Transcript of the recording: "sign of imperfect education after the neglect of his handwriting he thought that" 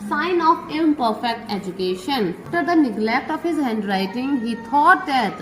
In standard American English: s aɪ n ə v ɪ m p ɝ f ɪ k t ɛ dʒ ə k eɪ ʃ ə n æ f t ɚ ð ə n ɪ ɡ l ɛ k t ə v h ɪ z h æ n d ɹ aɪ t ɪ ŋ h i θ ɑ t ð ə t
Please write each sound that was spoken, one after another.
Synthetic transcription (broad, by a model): s aɪ n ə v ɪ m p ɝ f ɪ k t ɛ dʒ ə k eɪ ʃ ə n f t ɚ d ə n ɪ ɡ l ɛ k t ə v h ɪ z h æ n d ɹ aɪ t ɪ ŋ h i t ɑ t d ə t